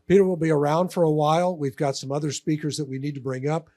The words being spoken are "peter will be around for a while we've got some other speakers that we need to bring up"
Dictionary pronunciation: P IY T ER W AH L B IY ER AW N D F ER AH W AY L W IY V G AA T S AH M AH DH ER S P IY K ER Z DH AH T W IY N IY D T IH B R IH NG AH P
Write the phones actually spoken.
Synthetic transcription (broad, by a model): P IY T ER W AH L B IY ER AW N D F ER AH W AY L W IY V G AA T S AH M AH DH ER S P IY K ER Z DH AH T W IY N IY D T IH B R IH NG AH P